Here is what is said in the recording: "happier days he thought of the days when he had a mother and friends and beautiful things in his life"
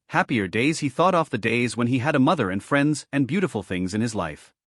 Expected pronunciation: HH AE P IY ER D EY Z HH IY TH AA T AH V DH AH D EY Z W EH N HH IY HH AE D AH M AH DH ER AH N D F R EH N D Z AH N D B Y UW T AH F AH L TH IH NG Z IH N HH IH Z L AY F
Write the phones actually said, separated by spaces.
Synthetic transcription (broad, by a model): HH AE P IY ER D EY Z HH IY TH AA T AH F DH AH D EY Z W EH N IY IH D AH M AH DH ER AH N F R EH N D Z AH N B Y UW T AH F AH L TH IH NG Z IH N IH Z L AY F